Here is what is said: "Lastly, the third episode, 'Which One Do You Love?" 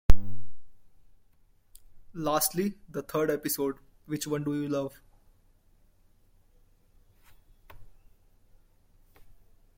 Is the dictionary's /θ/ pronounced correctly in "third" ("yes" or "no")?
no